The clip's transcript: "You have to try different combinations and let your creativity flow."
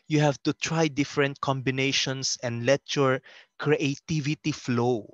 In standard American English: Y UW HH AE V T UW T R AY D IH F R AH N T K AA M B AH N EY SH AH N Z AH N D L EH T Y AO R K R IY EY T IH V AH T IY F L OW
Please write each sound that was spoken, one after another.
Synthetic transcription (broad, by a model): Y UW HH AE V T UW T R AY D IH F R AH N T K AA M B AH N EY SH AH N S AH N D L EH T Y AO R K R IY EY T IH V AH T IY F L OW